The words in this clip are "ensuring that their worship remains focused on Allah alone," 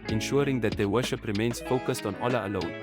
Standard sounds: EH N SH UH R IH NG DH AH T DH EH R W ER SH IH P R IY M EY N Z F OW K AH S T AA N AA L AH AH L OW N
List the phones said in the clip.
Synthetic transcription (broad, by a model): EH N SH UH R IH NG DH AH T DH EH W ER SH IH P R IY M EY N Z F OW K AH S T AA N AA L AH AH L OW N